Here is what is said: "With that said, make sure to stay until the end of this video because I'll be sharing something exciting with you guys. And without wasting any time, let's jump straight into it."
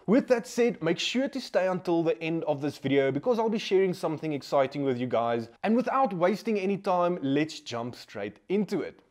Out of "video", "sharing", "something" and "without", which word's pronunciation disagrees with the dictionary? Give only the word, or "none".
none